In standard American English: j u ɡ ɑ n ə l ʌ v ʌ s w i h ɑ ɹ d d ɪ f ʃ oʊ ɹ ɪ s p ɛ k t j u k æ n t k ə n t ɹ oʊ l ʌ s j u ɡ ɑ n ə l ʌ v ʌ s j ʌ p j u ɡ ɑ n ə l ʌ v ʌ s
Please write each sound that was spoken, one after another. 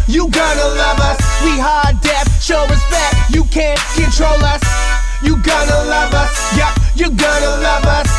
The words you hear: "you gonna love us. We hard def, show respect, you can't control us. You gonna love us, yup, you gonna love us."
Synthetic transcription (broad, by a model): j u ɡ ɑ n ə l ʌ v ʌ s w i h ɑ ɹ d d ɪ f ʃ oʊ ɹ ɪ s b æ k j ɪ k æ n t k ə n t ɹ oʊ l ʌ s j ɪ ɡ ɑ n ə l ʌ v ʌ s j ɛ p j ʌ ɡ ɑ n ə l ʌ v ʌ s